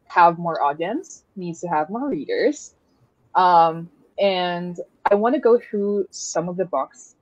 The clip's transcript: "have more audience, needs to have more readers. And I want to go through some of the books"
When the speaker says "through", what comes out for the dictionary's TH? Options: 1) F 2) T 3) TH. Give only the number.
3